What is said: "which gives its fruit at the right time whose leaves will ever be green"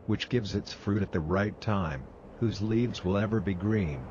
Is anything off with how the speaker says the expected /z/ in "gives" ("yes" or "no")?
no